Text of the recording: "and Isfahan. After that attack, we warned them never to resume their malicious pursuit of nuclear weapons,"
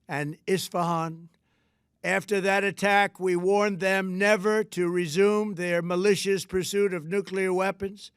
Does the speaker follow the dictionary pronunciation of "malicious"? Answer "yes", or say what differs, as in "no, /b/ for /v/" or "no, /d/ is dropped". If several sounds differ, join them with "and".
yes